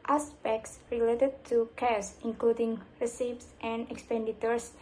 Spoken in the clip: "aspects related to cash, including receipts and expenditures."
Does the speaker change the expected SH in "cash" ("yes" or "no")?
yes